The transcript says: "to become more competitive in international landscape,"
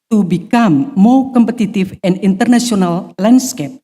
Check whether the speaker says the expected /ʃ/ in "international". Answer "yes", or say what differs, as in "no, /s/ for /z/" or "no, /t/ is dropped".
no, /s/ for /ʃ/